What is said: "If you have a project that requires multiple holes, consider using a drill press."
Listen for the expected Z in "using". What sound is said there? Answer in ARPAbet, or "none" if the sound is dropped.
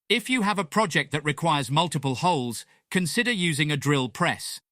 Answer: Z